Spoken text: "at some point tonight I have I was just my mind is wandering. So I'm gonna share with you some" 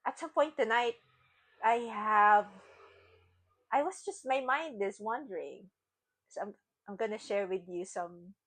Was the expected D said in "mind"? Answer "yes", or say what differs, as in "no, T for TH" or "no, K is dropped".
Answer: yes